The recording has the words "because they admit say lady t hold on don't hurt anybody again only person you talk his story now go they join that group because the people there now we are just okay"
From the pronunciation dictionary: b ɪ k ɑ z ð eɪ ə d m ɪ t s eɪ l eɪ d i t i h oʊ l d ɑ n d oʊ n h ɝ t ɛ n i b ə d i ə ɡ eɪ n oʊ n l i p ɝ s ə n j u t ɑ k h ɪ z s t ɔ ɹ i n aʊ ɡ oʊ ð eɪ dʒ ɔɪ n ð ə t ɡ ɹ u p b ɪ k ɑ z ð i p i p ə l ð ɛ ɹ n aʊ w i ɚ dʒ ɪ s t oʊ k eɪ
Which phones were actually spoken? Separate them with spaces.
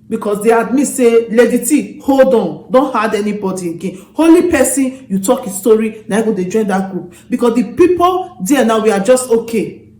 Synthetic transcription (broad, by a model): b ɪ k ɑ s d eɪ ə d m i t s eɪ l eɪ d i t i h oʊ l d ɑ n d oʊ n h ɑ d ɛ n i b ə d i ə ɡ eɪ n oʊ l i p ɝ s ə n j u t ɑ k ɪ s t ɔ ɹ i n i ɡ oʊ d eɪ dʒ ɔɪ n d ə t ɡ ɹ u p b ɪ k ɑ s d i p i p ə l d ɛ n aʊ w i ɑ dʒ ɪ s t oʊ k eɪ